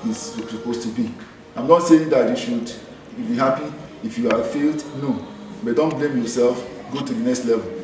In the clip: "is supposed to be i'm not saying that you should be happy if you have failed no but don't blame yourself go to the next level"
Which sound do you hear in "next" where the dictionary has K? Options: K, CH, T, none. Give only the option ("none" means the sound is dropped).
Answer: K